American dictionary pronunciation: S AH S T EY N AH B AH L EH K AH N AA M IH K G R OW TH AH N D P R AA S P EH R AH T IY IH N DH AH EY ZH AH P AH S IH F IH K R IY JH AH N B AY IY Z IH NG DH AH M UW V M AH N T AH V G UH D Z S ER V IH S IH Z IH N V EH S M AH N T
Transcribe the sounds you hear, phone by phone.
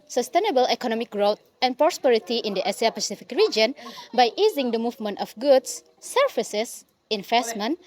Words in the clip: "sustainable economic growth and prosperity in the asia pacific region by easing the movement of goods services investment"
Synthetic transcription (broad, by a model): S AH S T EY N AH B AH L EH K AH N AA M IH K G R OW T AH N P R AA S P EH R AH T IY IH N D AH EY S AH P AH S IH F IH K R IY JH AH N B AY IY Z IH NG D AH M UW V M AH N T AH F G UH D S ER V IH S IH S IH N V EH S M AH N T